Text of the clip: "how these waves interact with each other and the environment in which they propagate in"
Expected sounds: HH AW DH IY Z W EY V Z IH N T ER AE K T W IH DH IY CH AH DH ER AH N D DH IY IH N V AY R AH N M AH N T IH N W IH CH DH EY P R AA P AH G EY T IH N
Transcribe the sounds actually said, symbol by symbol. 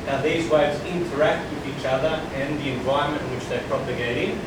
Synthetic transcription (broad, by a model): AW DH IY Z W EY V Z IH N T ER AE K T W IH DH IY CH AH DH ER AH N DH IY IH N V AY R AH M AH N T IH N W IH CH DH EY P R AA P AH G EY T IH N